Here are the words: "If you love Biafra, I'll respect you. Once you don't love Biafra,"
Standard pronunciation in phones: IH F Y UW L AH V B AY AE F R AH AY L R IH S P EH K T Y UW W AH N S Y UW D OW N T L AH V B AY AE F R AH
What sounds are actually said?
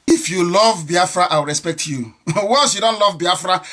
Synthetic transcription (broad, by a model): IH F Y UW L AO V B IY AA F R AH AY W R IH S P EH K T Y UW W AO S Y UW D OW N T L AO V B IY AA F R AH